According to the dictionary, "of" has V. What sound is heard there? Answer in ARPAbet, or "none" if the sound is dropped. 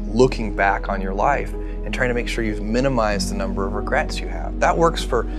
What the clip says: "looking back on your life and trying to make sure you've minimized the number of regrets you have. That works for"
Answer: V